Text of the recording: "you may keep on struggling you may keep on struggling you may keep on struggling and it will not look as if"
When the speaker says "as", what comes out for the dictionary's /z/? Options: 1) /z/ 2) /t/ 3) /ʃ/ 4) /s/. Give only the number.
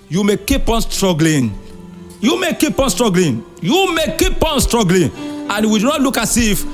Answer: 4